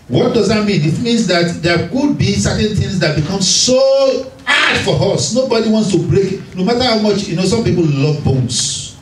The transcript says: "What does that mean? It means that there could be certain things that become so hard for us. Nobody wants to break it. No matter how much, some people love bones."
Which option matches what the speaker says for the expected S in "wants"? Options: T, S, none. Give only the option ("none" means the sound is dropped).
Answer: S